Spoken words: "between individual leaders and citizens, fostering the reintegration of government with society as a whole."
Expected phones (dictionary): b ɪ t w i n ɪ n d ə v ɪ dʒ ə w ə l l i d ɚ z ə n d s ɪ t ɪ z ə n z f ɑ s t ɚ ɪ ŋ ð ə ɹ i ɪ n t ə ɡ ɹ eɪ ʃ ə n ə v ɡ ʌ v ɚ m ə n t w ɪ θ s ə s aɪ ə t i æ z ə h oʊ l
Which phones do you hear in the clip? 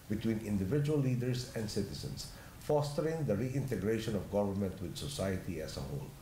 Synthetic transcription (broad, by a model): b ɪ t w i n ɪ n d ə v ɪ dʒ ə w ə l l i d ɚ s ə n d s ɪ t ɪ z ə n s f ɑ s t ɚ ɪ ŋ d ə ɹ i ɪ n t ə ɡ ɹ eɪ ʃ ə n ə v ɡ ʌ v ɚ m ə n t w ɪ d s ə s aɪ ə t i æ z ə h oʊ l